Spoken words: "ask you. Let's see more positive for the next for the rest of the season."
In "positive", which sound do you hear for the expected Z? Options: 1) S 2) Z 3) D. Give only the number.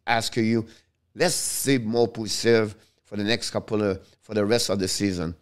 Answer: 1